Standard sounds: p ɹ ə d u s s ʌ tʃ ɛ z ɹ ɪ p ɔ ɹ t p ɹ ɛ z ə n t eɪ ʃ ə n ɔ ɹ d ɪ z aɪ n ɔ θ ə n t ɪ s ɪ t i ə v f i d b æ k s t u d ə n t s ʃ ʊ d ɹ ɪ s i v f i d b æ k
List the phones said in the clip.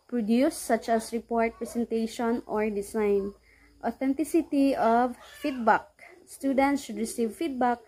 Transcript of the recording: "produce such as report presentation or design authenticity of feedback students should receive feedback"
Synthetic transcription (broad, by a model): p ɹ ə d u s s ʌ tʃ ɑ s ɹ ɪ p ɔ ɹ t p ɹ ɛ s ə n t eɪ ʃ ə n ɔ ɹ d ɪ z aɪ n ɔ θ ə n t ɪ s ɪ t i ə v f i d b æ k s t u d ə n t s ʃ ʊ d ɹ ɪ s i v f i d b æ k